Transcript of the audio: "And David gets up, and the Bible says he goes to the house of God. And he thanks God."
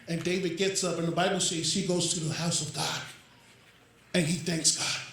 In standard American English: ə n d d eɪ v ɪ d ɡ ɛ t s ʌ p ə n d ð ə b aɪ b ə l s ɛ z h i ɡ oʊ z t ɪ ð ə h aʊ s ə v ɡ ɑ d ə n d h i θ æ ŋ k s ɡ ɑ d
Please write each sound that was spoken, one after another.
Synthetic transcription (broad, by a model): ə n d d eɪ v ɪ d ɡ ɛ t s ʌ p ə n ð ə b aɪ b l s ɛ z h i ɡ oʊ z t ɪ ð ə h aʊ s ə v ɡ ɑ d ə n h i θ æ ŋ k s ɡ ɑ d